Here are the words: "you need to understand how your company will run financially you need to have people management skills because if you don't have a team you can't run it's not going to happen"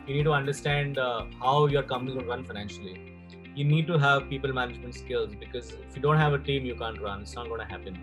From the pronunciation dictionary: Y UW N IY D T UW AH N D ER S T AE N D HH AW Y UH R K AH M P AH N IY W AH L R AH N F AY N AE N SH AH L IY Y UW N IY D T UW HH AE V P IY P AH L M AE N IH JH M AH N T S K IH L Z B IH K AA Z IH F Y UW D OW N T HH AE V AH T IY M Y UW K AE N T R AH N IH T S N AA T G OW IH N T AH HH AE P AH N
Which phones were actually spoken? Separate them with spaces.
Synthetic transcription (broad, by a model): Y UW N IY D T UW AH N D ER S T AE N D HH AW Y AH R K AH M AH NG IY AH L R AH N F AY N AE N SH AH L IY Y UW N IY D T UW HH AE V P IY P AH L M AE N IH JH M AH N T S K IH L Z B IH K AA Z IH F Y UW D OW N T HH AE V AH T IY M Y UW K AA N T R AH N IH T S N AA T G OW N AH HH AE P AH N